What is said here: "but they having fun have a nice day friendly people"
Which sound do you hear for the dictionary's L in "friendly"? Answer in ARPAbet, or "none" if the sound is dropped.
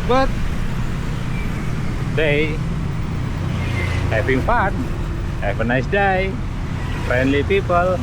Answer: L